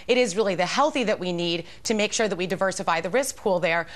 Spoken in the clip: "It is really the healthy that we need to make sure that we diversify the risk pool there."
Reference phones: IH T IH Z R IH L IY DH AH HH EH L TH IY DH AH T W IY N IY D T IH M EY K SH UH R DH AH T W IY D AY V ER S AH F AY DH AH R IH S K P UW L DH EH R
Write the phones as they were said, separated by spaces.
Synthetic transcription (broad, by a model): IH T IH Z R IH L IY DH AH HH EH L TH IY DH AH T W IY N IY D T IH M EY K SH UH R DH AH T W IY D AY V ER S AH F AY DH AH R IH S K P UW L DH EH R